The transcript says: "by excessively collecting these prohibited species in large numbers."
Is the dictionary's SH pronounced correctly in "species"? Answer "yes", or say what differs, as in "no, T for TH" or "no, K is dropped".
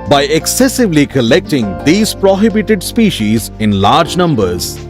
yes